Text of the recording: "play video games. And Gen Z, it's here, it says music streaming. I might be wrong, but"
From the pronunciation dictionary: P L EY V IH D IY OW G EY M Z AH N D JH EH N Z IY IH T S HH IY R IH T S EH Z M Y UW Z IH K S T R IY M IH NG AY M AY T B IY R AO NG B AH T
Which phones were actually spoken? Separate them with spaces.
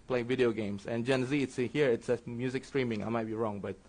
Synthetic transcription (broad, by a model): P L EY V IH D IY OW G EY M S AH N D JH EH N Z IY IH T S HH IY R IH T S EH M Y UW Z IH K S T R IY M IH NG AY M AY T B IY R AO NG B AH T